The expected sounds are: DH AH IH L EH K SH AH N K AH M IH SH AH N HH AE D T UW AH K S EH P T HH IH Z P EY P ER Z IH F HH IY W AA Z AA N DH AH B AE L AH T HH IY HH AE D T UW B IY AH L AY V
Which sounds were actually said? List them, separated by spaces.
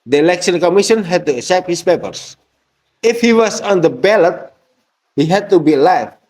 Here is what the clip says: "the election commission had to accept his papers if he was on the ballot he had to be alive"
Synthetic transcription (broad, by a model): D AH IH L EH K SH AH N K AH M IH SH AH N HH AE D T UW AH S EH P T HH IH S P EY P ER S IH F HH IY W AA S AA N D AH B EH L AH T HH IY HH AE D T UW B IY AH L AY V